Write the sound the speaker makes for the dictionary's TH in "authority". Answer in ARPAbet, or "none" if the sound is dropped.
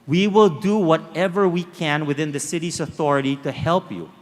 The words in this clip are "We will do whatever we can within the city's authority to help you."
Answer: TH